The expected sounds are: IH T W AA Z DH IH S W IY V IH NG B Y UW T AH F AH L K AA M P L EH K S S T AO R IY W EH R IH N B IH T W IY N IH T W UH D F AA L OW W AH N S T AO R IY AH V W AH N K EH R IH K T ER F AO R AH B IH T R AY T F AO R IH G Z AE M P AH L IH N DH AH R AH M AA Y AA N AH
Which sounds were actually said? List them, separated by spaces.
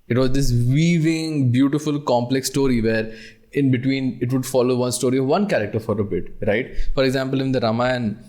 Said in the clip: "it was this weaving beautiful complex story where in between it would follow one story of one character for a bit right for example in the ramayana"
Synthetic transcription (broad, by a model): IH T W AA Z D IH S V IY V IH NG B Y UW T AH F AH L K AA M P L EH K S S T AO R IY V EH R IH N B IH T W IY N IH T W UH D F AA L OW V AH N S T AO R IY AH V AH N K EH R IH K T ER F AO R AH B IH T R AY T F AO R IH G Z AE M P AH L IH N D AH R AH M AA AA N